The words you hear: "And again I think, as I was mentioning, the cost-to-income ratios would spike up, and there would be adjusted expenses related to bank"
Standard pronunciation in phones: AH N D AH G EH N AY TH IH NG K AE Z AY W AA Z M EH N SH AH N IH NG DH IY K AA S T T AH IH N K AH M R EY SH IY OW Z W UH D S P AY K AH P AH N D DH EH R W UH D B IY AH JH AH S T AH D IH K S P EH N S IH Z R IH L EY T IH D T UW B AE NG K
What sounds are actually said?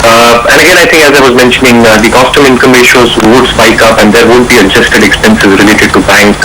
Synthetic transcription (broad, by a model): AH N D AH G EH N AY T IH NG K AE Z AY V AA Z M EH N SH AH N IH NG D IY K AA S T T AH IH N K AH M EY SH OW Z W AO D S B AY K AH P AH N D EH R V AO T B IY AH JH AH S T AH D IH K S P EH N S IH Z R IH L EY T IH D T UW B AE NG K